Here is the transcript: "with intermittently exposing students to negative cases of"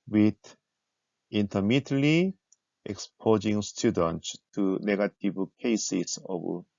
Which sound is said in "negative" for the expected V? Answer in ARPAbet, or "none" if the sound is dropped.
B